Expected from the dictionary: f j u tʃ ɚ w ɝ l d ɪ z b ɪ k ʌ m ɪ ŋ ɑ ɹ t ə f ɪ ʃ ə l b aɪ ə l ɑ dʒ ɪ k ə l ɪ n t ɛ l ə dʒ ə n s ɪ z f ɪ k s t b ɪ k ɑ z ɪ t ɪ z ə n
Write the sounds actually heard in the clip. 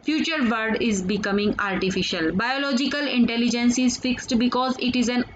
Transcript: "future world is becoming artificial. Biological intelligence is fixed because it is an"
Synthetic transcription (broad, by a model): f j u tʃ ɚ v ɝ d ɪ z b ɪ k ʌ m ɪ ŋ ɑ ɹ t ə f ɪ ʃ ə l b aɪ ə l ɑ dʒ ɪ k ə l ɪ n t ɛ l ə dʒ ə n s ɪ z f ɪ k s t b ɪ k ɑ z ɪ t ɪ z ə n